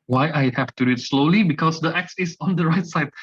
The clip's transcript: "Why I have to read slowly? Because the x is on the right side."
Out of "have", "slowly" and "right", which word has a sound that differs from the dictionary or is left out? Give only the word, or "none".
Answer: have